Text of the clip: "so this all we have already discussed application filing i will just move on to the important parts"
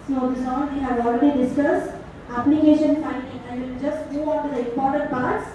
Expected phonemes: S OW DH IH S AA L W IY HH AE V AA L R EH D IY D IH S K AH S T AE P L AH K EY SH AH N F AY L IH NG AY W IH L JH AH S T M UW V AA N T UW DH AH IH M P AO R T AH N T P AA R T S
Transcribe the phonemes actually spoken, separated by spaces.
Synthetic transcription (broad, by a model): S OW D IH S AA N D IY HH AE V AA L R EH D IY D IH S K AH S T AE P L AH K EY SH AH N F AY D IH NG AY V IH L JH AH S T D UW AA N T UW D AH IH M P AO R T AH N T P AA R T S